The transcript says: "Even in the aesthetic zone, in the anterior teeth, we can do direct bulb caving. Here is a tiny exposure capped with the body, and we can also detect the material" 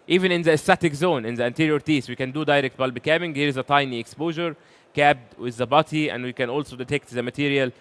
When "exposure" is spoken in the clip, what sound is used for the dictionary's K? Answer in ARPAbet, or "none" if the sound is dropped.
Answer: K